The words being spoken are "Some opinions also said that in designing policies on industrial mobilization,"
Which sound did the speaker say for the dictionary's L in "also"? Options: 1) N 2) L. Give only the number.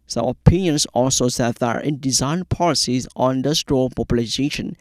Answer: 2